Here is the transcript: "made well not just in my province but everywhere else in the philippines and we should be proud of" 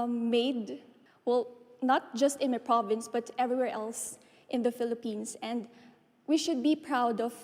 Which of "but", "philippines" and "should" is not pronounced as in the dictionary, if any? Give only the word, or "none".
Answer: philippines